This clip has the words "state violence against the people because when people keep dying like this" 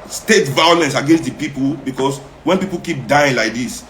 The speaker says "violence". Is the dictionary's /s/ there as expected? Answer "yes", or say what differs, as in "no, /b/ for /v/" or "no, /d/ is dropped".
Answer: yes